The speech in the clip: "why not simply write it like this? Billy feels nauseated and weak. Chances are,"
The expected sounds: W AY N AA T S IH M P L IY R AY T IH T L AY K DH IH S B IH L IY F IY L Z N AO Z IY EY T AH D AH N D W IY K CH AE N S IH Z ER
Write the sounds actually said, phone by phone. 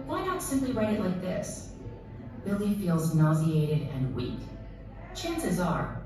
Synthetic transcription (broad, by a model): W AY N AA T S IH M P L IY R AY T IH T L AY K DH IH S B IH L IY F IY L Z N AO Z IY EY T AH D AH N W IY K CH AE N S IH Z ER